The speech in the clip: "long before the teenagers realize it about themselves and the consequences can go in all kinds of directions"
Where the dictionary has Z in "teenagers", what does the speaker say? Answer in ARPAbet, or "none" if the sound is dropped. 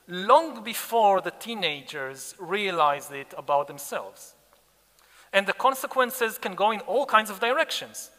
Z